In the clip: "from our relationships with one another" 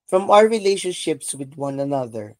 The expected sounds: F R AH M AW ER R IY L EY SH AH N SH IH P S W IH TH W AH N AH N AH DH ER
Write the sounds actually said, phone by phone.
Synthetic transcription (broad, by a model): F R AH M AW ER R IY L EY SH AH N SH IH P S W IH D W AH N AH N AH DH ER